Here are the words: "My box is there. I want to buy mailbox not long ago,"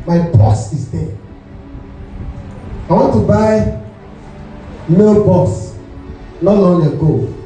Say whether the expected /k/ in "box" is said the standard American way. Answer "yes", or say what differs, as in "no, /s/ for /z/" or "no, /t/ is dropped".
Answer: no, /k/ is dropped